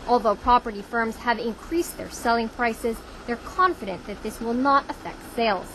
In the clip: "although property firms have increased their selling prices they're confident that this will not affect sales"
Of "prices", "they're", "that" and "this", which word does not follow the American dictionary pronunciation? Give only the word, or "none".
none